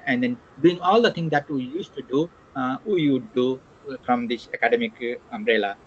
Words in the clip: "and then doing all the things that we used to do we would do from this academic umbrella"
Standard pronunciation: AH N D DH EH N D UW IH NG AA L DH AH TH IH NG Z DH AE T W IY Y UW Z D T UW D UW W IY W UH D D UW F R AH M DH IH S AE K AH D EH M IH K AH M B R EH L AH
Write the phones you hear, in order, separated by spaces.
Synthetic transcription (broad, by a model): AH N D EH N D UW IH NG AA L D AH T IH NG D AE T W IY Y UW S T UW D UW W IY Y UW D D UW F R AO M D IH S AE K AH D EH M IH K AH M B R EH L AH